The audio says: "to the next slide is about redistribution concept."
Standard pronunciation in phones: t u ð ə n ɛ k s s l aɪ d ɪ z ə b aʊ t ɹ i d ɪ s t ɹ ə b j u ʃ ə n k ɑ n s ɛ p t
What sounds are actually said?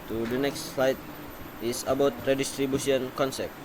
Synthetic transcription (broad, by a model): t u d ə n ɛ k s s l aɪ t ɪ s ə b aʊ t ɹ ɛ d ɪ s t ɹ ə b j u s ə n k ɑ n s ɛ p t